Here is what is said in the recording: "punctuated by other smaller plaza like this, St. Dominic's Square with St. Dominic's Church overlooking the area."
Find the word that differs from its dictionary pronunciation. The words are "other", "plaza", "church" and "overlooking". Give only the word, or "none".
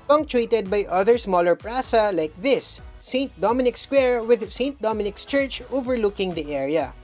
plaza